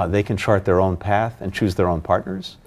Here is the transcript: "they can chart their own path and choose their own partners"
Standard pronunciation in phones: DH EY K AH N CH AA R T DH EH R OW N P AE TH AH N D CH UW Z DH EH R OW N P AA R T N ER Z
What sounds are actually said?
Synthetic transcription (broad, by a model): DH EY K AH N CH AA R T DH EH R OW N P AE TH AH N CH UW Z DH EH R OW N P AA R T N ER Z